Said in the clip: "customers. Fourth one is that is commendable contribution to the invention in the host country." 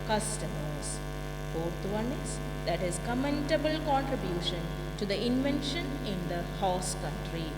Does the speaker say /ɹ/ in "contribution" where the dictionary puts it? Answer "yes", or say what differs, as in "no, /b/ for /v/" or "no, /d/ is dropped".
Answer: yes